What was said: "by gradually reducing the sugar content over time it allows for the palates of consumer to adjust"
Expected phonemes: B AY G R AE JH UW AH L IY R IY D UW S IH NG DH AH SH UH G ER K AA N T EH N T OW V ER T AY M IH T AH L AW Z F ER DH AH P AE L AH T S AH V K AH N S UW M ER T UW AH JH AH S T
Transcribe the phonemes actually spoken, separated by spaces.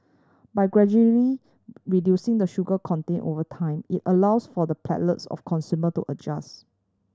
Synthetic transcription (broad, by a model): B AY G R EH JH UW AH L IY R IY D UW S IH NG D AH SH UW G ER K AA N T EH N T OW V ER T AY M IH T AH L AW S F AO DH AH P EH L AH T S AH F K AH N S UW M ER T UW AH JH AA S